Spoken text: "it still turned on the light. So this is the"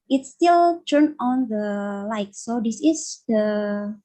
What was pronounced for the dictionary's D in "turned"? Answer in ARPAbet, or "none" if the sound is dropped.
none